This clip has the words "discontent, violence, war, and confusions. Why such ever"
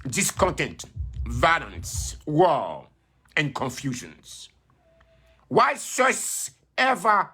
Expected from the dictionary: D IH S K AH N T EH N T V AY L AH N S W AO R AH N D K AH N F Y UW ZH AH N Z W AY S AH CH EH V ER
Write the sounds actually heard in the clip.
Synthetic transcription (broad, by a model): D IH S K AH N T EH N T V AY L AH N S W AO L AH N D K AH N F Y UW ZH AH N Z W AY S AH S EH V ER